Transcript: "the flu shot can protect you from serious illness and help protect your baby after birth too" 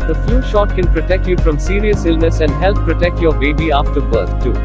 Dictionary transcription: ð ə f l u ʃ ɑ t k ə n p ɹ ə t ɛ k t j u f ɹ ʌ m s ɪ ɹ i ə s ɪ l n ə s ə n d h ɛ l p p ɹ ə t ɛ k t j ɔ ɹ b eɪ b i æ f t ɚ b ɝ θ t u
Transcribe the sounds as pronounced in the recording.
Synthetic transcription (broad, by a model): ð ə f l u ʃ ɑ t k ə n p ɹ ə t ɛ k t j u f ɹ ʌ m s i ɹ i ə s ɪ l n ə s ə n d h ɛ l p p ɹ ə t ɛ k t j ɔ ɹ b eɪ b i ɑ f t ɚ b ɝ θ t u